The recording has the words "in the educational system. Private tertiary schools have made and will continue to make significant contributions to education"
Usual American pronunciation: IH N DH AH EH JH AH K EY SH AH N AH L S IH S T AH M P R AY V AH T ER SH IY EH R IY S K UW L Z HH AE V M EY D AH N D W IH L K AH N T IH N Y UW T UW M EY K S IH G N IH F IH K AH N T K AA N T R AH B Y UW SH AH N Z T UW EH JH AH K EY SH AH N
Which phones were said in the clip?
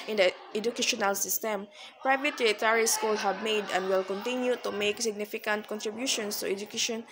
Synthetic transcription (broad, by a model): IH N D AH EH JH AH K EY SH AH N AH L S IH S T AH M P R AY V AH T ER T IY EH R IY S K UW L HH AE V M EY D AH N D W IH L K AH N T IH N Y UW T UW M EY K S IH G N IH F IH K AH N T K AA N T R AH B Y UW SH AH N S T UW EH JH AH K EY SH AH N